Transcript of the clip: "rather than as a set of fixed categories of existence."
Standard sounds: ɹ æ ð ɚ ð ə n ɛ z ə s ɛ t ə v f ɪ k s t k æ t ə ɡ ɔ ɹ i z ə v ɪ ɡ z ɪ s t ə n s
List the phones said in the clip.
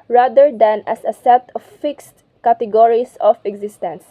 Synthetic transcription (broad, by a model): ɹ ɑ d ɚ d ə n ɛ s ə s ɛ t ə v f ɪ k s t k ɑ t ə ɡ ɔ ɹ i s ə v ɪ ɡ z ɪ s t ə n s